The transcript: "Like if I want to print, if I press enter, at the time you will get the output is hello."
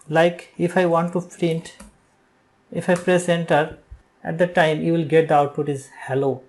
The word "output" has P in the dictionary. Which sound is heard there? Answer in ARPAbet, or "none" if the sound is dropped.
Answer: none